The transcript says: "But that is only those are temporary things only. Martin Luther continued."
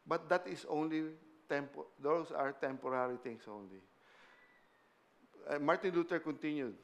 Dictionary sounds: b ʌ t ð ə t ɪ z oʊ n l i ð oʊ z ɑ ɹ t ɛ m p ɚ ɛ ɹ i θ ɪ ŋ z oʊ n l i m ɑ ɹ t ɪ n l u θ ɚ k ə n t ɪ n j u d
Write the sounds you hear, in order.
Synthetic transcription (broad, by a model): b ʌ t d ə t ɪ s oʊ n l i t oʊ s ɑ ɹ t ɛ m p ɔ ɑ ɹ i t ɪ ŋ s oʊ n l i m ɑ ɹ t ɪ n l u t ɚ k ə n t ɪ n j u d